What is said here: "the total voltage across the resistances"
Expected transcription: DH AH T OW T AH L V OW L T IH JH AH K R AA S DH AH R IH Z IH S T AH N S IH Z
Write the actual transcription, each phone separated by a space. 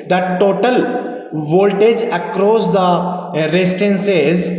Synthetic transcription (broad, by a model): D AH T OW T AH L V OW L T IH JH AH K R AA S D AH R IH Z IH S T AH N S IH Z